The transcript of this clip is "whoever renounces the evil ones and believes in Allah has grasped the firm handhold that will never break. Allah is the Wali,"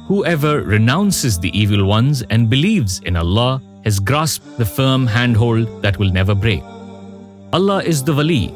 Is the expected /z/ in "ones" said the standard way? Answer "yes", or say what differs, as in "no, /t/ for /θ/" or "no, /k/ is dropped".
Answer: yes